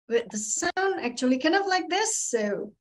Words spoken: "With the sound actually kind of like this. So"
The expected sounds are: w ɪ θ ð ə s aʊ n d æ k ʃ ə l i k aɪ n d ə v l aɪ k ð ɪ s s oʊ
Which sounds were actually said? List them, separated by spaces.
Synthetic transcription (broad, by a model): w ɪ ð ə s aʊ n æ k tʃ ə l i k aɪ n d ə v l aɪ k ð ɪ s s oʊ